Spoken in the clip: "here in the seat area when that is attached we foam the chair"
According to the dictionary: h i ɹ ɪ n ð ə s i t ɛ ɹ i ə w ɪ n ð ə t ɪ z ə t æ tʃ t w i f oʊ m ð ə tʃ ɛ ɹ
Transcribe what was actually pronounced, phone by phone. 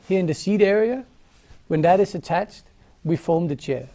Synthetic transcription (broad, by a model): h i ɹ ɪ n ð ə s i t ɛ ɹ i ə w ɪ n ð ə t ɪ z ə t æ tʃ t w i f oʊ m ð ə tʃ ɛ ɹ